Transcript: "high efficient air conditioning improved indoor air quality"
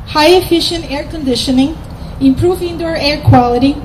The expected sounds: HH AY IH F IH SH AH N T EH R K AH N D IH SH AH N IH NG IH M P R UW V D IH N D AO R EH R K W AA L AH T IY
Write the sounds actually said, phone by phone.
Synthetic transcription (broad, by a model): HH AY IH F IH SH AH N T EH R K AH N D IH SH AH N IH NG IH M P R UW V IH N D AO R EH R K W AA L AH T IY